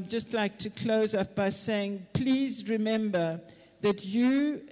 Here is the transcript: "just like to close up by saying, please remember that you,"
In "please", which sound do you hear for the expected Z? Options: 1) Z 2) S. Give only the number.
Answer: 1